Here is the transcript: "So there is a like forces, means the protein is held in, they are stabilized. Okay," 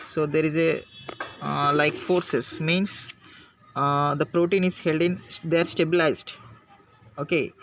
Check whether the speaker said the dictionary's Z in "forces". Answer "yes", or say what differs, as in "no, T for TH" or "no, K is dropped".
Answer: no, S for Z